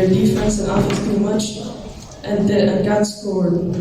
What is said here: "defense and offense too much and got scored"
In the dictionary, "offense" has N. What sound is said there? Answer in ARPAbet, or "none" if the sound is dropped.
none